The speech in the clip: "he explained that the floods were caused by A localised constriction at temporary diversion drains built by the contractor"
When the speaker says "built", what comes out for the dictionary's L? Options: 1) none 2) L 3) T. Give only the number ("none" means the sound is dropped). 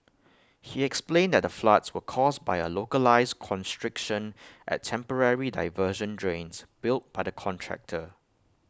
2